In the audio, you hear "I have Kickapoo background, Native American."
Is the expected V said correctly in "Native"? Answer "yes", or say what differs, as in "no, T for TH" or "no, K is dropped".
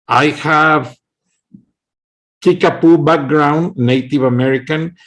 yes